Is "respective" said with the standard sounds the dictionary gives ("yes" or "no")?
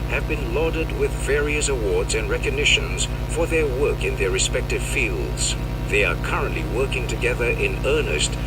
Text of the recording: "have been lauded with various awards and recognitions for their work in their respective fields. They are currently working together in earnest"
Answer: yes